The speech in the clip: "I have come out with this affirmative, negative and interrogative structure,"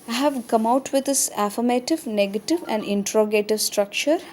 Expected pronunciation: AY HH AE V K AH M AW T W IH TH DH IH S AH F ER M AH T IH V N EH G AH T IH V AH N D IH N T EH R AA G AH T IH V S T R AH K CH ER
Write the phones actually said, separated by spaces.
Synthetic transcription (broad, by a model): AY HH AE V K AH M AW T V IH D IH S AH F ER M AH T IH V N EH G AH T IH V AH N D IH N T R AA G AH T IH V S T R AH K CH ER